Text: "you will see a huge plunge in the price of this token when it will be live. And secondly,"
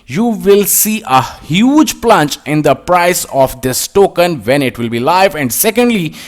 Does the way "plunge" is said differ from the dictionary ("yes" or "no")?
yes